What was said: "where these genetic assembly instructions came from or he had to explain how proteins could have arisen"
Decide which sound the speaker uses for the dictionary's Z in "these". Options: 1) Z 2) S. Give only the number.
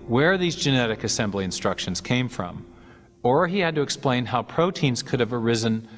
1